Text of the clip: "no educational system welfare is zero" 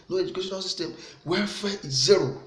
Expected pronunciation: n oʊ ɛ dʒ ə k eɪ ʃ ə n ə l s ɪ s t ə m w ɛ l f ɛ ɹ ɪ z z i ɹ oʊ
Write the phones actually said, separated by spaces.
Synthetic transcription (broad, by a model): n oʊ ɛ dʒ ə k eɪ ʃ ə n ə l s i s t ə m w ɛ f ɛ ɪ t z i ɹ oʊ